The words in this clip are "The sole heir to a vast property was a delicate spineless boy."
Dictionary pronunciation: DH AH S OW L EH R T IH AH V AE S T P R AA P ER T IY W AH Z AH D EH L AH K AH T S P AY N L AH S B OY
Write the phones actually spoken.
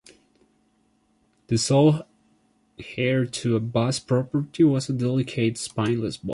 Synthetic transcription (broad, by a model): DH AH S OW L EH R T IH AH B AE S P R AA P ER T IY W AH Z AH D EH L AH K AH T S P AY N L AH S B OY